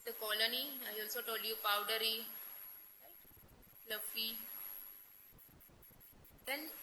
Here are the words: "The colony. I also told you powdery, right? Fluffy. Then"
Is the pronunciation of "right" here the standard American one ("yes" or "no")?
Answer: no